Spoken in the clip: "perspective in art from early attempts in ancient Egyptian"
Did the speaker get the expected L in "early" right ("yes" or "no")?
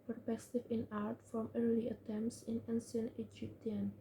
yes